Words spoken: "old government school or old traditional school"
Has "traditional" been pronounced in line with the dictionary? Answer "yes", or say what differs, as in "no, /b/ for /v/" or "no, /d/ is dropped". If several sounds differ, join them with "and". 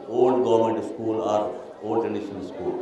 no, /n/ is dropped and /n/ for /l/